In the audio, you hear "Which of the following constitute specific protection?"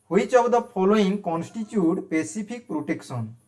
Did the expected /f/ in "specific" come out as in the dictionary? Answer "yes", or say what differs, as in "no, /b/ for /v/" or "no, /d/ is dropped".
no, /p/ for /f/